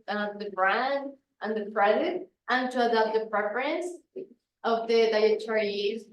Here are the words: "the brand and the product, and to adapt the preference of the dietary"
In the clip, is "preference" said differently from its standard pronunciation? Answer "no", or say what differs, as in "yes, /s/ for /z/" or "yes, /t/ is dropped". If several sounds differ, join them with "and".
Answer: no